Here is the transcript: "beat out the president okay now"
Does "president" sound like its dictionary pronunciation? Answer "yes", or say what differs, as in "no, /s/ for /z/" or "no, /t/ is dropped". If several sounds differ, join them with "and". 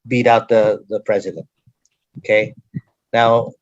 yes